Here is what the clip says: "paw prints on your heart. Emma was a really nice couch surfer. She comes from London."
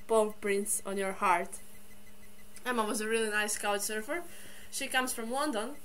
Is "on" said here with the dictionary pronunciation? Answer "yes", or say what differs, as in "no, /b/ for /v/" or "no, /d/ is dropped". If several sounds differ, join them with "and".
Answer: yes